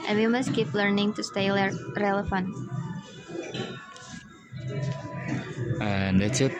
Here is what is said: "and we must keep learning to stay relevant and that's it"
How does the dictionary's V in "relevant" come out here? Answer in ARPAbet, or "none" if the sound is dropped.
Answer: F